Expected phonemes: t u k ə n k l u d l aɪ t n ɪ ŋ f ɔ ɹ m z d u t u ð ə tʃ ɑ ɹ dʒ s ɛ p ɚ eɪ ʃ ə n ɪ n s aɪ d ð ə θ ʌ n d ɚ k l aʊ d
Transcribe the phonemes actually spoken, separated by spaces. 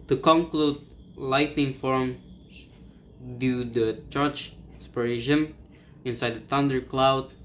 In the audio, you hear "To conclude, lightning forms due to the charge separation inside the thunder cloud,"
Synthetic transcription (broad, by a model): t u k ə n k l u d l aɪ t n ɪ ŋ f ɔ ɹ m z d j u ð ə tʃ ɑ ɹ tʃ s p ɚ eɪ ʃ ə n ɪ n s aɪ d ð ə θ ʌ n d ɚ k l aʊ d